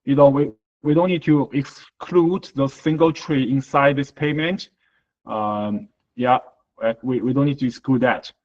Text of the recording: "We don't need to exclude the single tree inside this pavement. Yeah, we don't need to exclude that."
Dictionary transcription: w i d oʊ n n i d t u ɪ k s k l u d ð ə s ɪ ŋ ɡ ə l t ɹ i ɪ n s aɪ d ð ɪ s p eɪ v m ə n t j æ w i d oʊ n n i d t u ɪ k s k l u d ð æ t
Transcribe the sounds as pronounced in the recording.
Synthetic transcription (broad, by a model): w i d oʊ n n i d t u ɪ k s k l u d ð ə s ɪ ŋ ɡ ə l t ɹ i ɪ n s aɪ d ð ɪ s p eɪ m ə n t j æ w i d oʊ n n i d t u ɪ k s k l u d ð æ t